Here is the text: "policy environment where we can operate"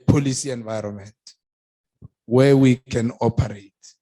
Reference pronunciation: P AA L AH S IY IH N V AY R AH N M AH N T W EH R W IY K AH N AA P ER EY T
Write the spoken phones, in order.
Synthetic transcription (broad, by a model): P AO L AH S IY IH N V AY R AH N M AH N T W EH W IY K AH N AA P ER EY T